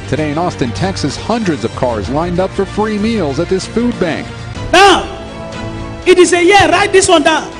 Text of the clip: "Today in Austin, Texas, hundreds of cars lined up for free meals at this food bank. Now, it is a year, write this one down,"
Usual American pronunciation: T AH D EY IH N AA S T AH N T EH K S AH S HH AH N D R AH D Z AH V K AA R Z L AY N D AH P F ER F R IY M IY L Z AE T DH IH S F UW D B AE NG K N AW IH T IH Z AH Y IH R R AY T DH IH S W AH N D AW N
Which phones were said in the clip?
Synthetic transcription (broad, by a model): T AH D EY IH N AA S T AH N T EH K S AH S HH AH N D R AH D Z AH V K AA R Z L AY N D AH P F ER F R IY M IY L Z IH T DH IH S F UW D B AE NG K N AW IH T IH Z AH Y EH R R AY T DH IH S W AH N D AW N